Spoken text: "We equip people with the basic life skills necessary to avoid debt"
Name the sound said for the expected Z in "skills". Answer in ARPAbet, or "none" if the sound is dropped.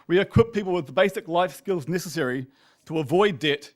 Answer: Z